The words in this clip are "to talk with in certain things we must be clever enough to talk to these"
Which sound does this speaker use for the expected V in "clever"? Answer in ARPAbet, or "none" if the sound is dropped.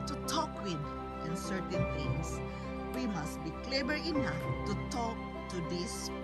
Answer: B